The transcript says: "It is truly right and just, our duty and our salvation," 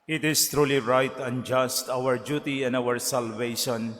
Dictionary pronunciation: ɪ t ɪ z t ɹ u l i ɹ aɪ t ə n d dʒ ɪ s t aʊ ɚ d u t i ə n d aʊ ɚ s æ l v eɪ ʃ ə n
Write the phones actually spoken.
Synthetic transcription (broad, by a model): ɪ t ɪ s t ɹ u l i ɹ aɪ t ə n dʒ ɪ s t aʊ ɚ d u t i ə n d aʊ ɚ s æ l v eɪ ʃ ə n